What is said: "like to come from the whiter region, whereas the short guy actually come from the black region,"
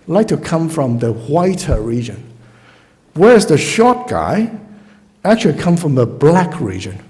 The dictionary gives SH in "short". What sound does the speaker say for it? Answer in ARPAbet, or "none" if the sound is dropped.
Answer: SH